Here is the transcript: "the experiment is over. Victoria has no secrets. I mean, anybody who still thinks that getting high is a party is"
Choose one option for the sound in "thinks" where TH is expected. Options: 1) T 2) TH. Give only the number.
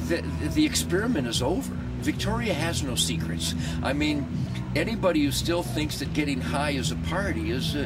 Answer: 2